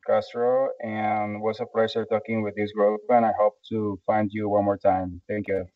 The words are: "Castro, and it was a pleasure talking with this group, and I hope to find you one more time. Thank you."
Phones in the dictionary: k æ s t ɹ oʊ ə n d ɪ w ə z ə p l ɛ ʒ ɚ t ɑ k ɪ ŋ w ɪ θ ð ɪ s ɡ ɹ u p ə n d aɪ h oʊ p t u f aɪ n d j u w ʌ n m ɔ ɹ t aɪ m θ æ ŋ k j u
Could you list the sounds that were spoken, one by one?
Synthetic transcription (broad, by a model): k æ s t ɹ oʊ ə n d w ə s ə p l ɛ s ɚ t ɑ k ɪ ŋ w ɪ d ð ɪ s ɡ ɹ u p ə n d aɪ h oʊ p t u f aɪ n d j u w ʌ n m ɔ ɹ t aɪ m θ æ ŋ k j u